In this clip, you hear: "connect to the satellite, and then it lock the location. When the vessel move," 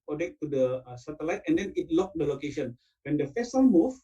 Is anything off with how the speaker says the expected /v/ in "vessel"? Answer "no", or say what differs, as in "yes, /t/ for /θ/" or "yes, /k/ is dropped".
yes, /f/ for /v/